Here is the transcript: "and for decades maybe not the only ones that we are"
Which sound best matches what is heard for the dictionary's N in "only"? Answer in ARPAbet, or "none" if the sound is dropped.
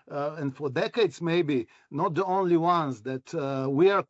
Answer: N